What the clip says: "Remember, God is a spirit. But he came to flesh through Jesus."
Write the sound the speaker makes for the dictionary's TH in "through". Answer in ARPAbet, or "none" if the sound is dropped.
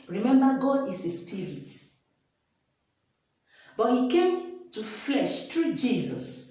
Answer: T